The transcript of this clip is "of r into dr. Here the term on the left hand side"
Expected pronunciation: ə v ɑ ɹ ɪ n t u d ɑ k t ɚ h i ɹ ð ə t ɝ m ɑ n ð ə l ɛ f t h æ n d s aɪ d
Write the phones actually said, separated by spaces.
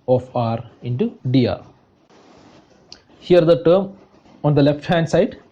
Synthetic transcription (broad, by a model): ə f ɑ ɹ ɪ n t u d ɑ t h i ɹ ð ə t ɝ m ɑ n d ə l ɛ f t h æ n d s aɪ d